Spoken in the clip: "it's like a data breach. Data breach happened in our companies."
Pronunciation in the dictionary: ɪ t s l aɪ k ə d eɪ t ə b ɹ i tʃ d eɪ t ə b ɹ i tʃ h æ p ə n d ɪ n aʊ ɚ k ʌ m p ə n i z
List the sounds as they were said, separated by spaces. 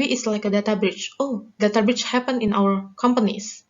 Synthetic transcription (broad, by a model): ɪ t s l aɪ k ə d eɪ t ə b ɹ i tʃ d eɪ t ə b ɹ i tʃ h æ p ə n ɪ n aʊ ɚ k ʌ m p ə n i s